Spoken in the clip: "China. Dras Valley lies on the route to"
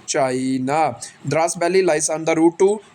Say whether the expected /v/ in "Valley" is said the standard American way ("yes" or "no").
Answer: no